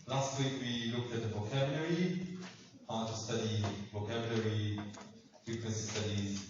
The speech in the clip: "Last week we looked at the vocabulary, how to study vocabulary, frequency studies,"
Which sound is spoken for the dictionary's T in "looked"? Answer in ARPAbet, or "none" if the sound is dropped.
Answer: T